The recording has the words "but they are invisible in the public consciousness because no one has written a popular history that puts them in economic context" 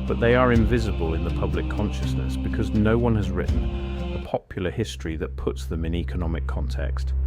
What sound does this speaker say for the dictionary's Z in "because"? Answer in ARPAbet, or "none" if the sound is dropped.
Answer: Z